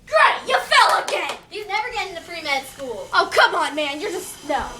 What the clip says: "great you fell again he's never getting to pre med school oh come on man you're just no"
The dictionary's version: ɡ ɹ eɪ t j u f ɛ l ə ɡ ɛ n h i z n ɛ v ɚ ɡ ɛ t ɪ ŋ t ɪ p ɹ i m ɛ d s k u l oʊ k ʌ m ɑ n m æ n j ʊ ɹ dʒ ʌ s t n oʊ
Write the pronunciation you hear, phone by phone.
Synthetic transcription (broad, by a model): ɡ ɹ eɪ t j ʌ f ɛ l ə ɡ ɛ n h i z n ɛ v ɚ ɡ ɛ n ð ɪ f ɹ i m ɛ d s k u l oʊ k ʌ m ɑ n m æ n j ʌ ɹ dʒ ʌ s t n oʊ